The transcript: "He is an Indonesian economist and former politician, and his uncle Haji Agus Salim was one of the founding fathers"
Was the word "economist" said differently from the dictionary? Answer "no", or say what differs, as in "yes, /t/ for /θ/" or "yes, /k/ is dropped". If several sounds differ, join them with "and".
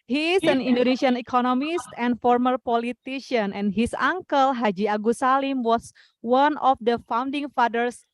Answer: no